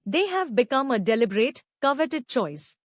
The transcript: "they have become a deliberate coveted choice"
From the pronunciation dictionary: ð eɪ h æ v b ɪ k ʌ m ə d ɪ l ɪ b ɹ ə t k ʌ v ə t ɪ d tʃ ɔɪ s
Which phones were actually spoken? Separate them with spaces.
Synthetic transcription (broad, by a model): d eɪ h æ v b ɪ k ʌ m ə d ɪ l ɪ b ɹ ə t k ʌ v ə t ɪ d tʃ ɔɪ s